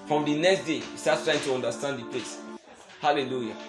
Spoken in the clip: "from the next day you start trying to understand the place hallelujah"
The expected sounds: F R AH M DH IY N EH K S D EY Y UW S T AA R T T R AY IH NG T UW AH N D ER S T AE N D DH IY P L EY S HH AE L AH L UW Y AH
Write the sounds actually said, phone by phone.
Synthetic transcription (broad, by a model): F R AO M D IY N EH K S D EY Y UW S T AA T T R AY IH NG T UW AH N D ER S T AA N D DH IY P L EY S HH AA L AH L UW Y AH